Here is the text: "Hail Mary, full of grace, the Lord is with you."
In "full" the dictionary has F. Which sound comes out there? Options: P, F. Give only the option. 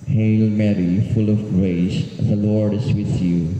F